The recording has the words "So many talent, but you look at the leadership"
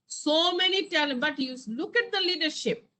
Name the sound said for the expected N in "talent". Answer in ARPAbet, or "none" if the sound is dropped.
none